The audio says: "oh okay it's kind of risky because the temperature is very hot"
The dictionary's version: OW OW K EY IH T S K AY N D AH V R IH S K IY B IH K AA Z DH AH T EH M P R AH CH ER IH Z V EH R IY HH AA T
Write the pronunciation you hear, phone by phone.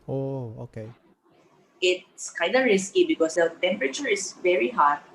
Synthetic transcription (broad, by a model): OW OW K EY IH T S K AY N D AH R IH S K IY B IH K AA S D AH T EH M P R AH CH ER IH S V EH R IY HH AA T